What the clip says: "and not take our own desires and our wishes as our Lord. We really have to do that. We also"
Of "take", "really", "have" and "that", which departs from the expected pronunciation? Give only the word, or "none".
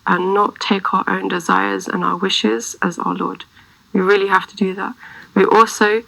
have